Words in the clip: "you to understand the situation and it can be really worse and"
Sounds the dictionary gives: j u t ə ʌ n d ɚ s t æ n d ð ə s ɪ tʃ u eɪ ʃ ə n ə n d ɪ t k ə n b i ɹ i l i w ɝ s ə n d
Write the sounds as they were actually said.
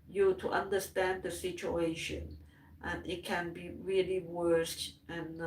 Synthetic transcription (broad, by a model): j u t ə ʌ n d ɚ s t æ n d ð ə s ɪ tʃ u eɪ ʃ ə n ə n ɪ t k ə n b i ɹ i l i w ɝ s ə n